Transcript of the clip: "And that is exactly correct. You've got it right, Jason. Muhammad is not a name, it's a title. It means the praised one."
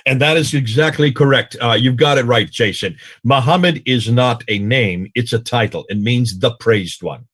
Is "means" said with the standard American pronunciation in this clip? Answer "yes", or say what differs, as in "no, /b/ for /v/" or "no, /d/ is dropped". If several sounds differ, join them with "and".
yes